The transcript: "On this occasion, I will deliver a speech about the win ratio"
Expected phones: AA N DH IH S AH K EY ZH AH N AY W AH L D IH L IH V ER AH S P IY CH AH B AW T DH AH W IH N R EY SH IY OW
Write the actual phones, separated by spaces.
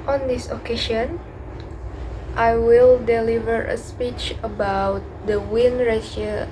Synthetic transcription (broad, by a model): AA N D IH S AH K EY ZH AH N AY W AH L D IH L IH V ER AH S P IY CH AH B AW T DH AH W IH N R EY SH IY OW